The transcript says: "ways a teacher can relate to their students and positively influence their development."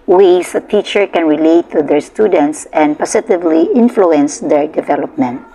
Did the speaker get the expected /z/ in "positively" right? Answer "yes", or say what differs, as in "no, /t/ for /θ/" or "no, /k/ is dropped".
no, /s/ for /z/